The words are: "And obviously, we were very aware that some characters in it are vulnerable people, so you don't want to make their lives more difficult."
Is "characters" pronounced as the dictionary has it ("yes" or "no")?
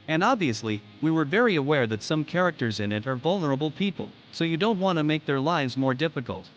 yes